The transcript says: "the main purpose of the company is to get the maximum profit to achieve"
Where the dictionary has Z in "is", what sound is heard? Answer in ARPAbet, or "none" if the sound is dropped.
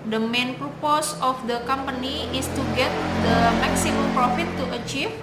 S